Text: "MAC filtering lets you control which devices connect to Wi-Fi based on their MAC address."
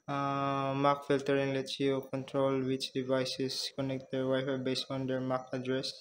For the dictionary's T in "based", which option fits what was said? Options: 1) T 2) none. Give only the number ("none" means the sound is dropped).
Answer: 2